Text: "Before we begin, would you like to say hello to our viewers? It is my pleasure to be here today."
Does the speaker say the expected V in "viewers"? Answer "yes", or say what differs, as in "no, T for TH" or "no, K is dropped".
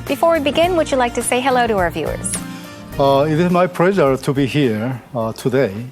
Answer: yes